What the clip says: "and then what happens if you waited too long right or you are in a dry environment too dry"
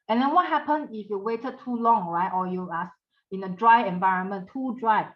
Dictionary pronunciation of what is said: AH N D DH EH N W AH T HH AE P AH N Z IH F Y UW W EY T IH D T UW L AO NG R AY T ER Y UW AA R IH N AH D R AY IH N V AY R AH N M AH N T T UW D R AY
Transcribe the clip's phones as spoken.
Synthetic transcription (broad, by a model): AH N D EH N W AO T HH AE P AH N IH F Y UW W EY T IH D T UW L AO NG R AY T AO Y UW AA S IH N AH D R AY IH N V AY R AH N M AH N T T UW D R AY